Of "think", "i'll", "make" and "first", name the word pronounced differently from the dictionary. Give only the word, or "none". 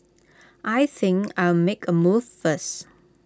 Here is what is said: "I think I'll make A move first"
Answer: first